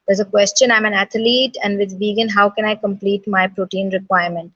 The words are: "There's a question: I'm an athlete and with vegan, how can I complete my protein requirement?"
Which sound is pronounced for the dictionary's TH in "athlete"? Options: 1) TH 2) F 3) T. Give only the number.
3